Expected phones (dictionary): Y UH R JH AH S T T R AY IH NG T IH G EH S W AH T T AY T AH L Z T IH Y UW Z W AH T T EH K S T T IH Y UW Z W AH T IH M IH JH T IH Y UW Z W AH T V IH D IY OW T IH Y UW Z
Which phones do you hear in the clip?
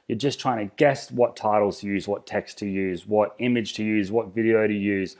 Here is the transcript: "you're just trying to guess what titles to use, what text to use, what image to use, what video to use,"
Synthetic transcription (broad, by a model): Y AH R JH AH S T T R AY IH NG T IH G EH S W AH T T AY T L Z T IH Y UW Z W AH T T EH K S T T IH Y UW Z W AH T IH M IH JH T IH Y UW Z W AH T V IH D IY OW T IH Y UW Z